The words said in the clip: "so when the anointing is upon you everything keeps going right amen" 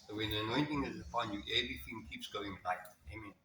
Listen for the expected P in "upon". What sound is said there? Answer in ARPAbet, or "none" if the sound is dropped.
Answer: F